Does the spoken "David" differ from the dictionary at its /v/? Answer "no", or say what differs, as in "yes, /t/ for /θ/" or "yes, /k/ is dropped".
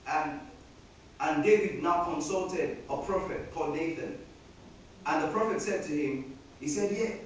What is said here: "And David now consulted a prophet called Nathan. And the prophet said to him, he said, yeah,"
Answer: no